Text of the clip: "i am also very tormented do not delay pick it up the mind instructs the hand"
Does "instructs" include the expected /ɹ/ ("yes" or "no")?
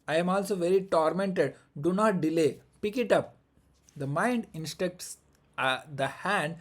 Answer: no